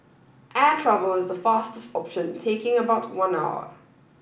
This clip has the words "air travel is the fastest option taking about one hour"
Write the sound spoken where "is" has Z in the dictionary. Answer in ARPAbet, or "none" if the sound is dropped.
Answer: Z